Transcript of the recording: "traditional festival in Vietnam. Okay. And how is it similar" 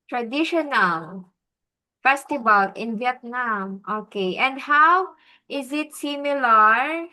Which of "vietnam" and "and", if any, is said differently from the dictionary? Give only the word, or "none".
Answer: none